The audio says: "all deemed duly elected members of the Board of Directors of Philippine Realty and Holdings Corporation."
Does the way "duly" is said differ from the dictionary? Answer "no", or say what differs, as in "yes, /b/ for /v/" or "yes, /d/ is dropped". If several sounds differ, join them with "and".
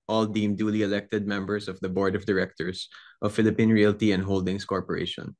no